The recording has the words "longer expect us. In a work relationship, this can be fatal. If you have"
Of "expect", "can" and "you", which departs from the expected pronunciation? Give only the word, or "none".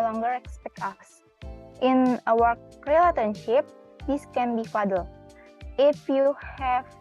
expect